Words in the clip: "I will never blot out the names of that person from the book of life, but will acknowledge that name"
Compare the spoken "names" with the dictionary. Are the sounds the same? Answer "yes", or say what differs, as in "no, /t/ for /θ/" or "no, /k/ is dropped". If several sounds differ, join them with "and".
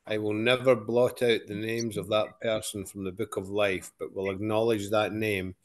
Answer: yes